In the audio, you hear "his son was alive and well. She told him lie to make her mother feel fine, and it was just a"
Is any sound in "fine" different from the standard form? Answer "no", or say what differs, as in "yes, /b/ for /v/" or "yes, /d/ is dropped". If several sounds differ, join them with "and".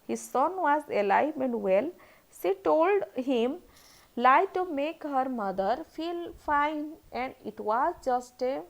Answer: no